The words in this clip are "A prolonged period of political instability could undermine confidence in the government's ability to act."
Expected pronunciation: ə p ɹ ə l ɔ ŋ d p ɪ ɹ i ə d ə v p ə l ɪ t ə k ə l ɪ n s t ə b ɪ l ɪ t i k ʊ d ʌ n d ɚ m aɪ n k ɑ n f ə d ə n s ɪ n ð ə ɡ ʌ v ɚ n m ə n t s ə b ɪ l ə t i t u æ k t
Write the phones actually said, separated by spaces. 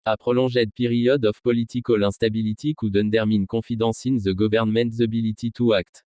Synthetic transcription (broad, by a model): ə p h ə l ɔ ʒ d p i ɹ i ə d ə f p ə l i t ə k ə l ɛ s t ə b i l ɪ t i k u d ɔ n d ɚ m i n k ɑ f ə d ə s ɪ n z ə ɡ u v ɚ n m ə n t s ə b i l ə t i t u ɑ k t